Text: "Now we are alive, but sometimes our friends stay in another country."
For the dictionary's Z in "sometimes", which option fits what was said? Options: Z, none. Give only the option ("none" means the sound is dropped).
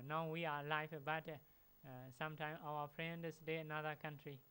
none